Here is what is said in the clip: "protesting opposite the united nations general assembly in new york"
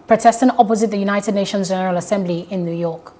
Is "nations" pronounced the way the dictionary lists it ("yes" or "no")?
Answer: yes